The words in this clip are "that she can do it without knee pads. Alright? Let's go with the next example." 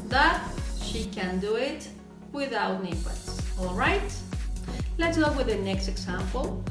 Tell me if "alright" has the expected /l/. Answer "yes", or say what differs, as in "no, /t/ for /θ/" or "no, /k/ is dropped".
yes